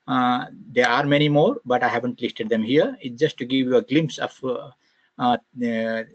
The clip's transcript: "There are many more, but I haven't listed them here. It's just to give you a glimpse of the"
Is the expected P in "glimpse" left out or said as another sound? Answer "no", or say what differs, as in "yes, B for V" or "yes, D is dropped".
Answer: no